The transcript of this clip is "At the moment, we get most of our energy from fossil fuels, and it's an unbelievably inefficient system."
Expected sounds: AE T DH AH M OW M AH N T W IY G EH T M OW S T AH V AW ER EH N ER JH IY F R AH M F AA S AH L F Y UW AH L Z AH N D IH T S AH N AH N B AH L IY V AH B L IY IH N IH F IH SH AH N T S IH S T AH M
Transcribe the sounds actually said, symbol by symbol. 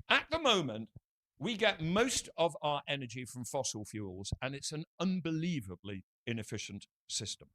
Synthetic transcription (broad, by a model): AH T DH AH M OW M AH N T W IY G EH T M OW S T AH V AW ER EH N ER JH IY F R AH M F AA S L F Y UW L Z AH N IH T S AH N AH N B AH L IY V AH B L IY IH N IH F IH SH AH N T S IH S T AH M